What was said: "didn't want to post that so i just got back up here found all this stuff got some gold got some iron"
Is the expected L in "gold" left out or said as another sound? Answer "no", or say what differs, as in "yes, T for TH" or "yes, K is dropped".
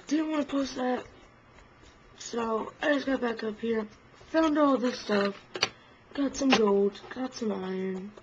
no